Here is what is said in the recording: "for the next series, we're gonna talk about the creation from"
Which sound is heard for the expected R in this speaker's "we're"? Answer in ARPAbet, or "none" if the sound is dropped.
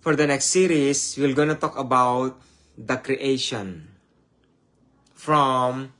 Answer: L